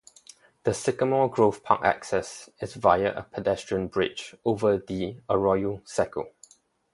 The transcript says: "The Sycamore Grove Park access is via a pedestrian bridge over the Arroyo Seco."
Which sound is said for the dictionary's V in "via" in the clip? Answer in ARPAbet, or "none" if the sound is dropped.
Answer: V